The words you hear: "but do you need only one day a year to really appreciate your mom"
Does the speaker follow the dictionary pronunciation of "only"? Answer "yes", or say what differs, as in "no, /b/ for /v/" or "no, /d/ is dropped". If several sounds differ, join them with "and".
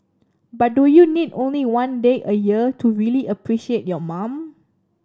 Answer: yes